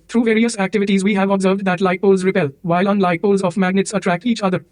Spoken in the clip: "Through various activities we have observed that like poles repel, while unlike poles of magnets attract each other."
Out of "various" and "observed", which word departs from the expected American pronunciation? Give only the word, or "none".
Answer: none